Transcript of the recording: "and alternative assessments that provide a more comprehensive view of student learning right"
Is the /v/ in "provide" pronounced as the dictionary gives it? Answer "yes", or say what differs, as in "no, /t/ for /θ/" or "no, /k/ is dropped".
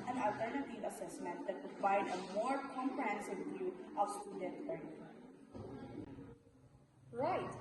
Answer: no, /f/ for /v/